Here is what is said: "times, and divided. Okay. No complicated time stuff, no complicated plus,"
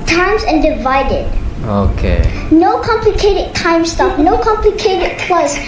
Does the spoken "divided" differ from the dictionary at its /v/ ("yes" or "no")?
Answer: no